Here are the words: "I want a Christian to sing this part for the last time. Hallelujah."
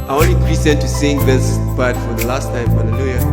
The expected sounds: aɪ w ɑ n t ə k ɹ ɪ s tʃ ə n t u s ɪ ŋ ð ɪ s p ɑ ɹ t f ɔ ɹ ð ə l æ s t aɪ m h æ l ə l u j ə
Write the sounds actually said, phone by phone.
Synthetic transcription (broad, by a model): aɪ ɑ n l ə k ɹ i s ə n t u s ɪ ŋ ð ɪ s b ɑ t f ɔ ɹ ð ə l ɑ s t aɪ m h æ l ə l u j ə